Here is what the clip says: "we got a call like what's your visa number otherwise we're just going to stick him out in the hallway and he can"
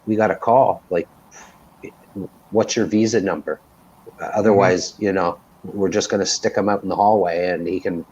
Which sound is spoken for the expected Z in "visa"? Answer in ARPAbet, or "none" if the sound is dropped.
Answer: Z